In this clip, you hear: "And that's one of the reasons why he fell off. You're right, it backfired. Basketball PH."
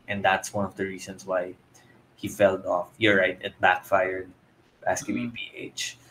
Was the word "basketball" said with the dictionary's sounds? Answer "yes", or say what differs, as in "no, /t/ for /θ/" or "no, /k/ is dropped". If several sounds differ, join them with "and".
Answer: no, /b/ is dropped and /n/ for /l/